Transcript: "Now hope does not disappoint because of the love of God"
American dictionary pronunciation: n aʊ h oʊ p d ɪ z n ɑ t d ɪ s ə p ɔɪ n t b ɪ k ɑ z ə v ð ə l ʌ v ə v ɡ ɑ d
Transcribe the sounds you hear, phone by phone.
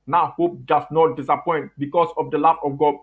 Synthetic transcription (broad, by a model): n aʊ h oʊ p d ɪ s n ɑ t d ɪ s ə p ɔɪ n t b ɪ k ɑ s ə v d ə l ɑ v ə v ɡ ɑ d